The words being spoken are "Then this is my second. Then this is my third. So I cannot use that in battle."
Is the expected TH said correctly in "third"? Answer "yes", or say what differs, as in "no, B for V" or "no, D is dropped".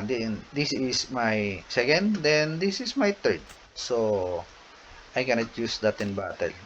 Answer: no, T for TH